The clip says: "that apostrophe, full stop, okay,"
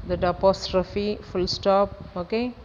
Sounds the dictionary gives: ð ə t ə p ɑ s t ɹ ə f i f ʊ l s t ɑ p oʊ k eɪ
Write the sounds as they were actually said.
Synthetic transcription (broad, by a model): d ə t ə p ɑ s t ɹ ə f i f ʊ l s t ɑ p oʊ k eɪ